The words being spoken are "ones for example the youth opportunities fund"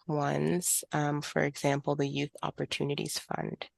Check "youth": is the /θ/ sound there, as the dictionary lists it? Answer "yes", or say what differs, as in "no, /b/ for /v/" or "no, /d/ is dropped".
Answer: yes